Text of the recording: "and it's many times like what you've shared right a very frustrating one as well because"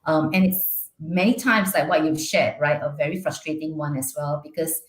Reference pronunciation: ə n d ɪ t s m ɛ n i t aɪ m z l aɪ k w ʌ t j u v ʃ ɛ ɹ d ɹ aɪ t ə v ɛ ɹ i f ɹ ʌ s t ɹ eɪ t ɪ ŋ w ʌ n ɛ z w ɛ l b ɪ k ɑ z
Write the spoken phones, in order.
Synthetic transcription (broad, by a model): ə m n ɪ t s m ɛ n i t aɪ m s l aɪ k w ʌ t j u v ʃ ɛ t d ɹ aɪ t ə v ɛ ɹ i f ɹ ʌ s t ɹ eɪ t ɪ ŋ w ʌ n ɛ s w ɛ l b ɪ k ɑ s